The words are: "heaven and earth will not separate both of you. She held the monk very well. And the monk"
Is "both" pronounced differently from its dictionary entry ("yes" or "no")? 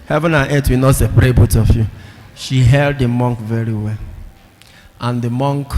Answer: yes